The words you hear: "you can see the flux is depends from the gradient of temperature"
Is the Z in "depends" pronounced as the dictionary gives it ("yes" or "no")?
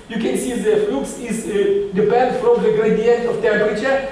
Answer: no